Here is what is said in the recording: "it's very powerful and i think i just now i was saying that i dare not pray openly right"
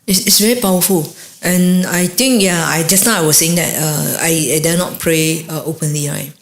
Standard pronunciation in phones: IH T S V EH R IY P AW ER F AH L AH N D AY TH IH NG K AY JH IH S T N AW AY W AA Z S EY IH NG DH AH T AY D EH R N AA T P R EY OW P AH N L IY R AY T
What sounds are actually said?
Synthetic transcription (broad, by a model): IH T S V EH R IY P AW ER F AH L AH N AY T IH NG K AY JH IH S N AW AY W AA S EY IH NG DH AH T AY D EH N AA T P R EY OW P AH N L IY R AY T